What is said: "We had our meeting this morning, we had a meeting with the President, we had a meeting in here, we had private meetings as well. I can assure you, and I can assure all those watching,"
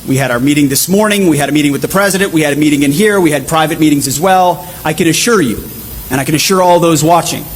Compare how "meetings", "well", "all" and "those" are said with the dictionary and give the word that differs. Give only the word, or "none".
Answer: none